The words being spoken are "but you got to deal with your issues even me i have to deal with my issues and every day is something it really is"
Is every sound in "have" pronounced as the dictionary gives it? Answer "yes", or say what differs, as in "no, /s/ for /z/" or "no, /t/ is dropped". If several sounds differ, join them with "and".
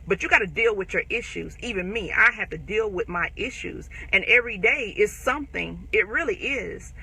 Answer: no, /f/ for /v/